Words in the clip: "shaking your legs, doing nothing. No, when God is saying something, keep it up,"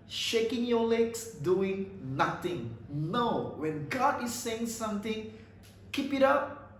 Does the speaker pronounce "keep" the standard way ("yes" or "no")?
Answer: yes